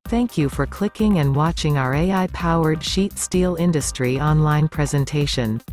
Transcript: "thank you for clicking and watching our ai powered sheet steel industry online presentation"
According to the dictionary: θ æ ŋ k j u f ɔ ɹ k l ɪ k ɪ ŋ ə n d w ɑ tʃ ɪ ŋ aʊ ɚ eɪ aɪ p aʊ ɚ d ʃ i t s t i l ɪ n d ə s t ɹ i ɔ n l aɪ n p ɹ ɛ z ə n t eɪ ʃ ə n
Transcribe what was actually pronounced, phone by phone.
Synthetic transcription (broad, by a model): θ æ ŋ k j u f ɔ ɹ k l ɪ k ɪ ŋ ə n d w ɑ tʃ ɪ ŋ aʊ ɚ eɪ aɪ p aʊ ɚ d ʃ i t s t i l ɪ n d ə s t ɹ i ɔ n l aɪ n p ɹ ɛ z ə n t eɪ ʃ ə n